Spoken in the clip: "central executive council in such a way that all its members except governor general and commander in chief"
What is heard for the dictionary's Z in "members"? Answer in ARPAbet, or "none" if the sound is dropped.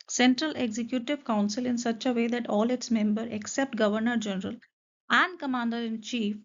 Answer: none